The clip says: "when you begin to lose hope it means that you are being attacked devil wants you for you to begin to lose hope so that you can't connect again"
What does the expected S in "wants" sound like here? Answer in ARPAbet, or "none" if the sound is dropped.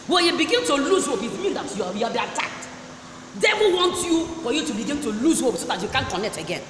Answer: none